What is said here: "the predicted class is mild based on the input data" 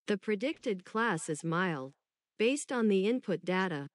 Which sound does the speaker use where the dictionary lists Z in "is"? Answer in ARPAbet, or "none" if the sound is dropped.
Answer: Z